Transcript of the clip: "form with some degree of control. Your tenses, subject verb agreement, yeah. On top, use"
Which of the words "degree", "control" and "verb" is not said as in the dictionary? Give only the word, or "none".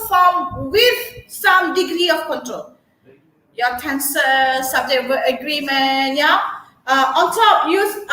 verb